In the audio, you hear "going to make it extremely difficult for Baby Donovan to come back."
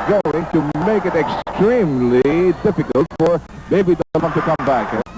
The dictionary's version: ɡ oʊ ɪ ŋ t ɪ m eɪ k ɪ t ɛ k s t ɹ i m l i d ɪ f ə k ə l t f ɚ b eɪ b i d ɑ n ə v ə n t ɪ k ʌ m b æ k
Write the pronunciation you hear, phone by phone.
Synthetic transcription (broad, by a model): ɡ oʊ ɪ ŋ t ɪ m eɪ k ɪ t ɛ k s t ɹ i m l i d ɪ f ə k ə l t f ɚ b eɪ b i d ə w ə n t ɪ k ʌ m b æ k